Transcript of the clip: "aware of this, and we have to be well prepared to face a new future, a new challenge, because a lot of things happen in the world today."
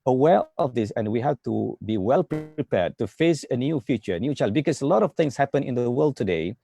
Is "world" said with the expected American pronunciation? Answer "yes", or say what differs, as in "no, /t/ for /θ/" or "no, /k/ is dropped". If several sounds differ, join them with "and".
yes